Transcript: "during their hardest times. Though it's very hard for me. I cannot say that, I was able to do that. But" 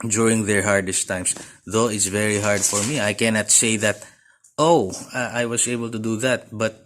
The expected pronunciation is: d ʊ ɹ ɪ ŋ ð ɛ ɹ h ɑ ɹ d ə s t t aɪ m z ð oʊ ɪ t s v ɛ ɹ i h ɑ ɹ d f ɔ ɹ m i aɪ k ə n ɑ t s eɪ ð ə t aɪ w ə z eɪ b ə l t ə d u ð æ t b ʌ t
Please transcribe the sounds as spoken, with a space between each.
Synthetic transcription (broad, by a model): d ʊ ɹ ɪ ŋ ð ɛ ɹ h ɑ ɹ d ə s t t aɪ m s ð oʊ ɪ t s v ɛ ɹ i h ɑ ɹ d f ɔ ɹ m i aɪ k ə n ɑ t s eɪ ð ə t aɪ w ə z eɪ b ə l t ə d u ð æ t b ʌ t